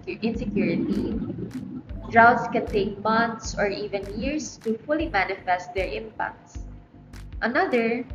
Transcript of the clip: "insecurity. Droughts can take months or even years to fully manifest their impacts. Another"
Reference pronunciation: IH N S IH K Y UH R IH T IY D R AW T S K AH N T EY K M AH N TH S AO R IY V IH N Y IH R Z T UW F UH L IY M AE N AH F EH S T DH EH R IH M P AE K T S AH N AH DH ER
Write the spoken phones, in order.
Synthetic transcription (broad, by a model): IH N S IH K Y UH R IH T IY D R AW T S K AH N T EY K M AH N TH S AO R IY V IH N Y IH R S T UW F UH L IY M AE N AH F EH S T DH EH R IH M P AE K T S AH N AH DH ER